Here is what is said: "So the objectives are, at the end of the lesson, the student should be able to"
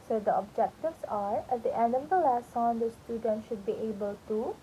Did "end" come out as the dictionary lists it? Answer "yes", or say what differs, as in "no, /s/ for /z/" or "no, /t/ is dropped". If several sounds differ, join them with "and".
no, /d/ is dropped